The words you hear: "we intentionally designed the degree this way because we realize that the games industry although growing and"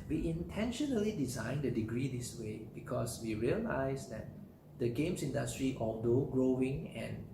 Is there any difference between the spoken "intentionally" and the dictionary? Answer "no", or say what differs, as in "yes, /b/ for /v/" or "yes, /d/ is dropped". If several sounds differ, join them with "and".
no